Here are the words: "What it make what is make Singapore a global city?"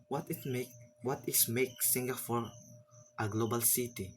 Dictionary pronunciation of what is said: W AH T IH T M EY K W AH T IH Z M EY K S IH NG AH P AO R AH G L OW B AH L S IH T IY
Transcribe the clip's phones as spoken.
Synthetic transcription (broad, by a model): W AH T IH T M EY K W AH T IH S M EY K S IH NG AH F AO R AH G L OW B AH L S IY T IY